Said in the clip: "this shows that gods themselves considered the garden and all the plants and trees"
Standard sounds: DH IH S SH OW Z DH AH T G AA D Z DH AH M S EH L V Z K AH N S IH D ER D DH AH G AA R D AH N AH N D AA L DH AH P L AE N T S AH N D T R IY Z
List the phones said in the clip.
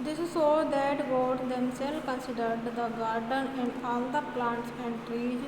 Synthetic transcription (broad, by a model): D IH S S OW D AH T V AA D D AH M S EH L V K AH N S IH D ER D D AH G AA R D AH N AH N AA L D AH P L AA N T S AH N D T R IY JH